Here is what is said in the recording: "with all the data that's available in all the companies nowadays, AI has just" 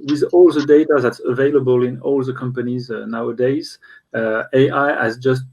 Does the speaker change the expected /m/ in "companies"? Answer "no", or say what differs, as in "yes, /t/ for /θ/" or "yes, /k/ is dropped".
no